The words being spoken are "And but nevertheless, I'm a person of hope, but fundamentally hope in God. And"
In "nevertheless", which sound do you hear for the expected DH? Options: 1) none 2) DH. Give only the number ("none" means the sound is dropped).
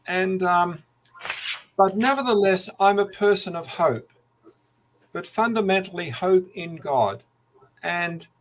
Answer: 2